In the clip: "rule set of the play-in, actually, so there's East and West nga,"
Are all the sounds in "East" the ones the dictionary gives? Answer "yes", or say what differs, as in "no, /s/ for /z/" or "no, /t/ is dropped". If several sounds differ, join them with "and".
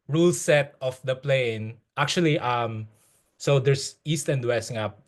yes